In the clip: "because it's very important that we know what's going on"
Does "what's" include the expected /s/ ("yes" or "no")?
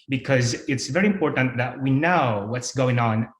yes